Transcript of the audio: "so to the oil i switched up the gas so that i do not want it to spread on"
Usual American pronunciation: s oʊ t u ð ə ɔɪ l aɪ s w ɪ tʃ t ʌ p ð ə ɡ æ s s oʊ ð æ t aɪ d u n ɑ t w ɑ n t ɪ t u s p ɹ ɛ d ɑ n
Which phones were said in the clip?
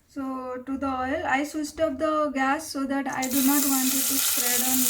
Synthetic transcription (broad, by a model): s oʊ t u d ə ɔɪ l aɪ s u s t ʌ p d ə ɡ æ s s oʊ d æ t aɪ d u n ɑ t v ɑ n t ɪ t u s p ɹ ɛ d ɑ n